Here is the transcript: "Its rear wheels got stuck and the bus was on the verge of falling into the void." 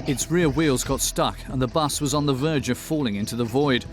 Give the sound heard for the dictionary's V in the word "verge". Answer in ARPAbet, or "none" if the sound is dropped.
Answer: V